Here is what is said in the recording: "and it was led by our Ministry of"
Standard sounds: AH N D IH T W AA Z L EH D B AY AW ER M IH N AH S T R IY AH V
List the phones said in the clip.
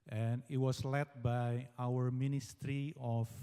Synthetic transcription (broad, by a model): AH N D IH T W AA S L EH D B AY AW ER M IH N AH S T R IY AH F